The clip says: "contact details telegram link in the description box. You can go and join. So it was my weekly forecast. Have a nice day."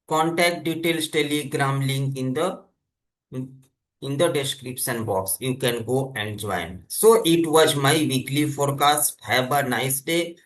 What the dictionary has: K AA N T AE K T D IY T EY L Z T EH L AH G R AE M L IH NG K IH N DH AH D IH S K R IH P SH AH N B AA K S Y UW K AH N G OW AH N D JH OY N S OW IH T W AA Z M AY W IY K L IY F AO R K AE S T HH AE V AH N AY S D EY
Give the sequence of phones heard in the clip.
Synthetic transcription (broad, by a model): K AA N T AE K T D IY T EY L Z T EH L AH G R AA M L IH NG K IH N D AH D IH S K R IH P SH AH N B AA K S Y UW K AH N G OW AH N D JH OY N S OW IH T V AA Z M AY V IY K L IY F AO R K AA S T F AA B AH N AY S D EY